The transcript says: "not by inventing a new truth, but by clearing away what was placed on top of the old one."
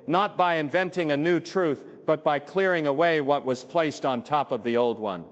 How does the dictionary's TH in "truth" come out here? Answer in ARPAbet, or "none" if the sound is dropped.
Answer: TH